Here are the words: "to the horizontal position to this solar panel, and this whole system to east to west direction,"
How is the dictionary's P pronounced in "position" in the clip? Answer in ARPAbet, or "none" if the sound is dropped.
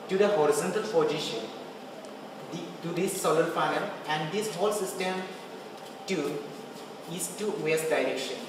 F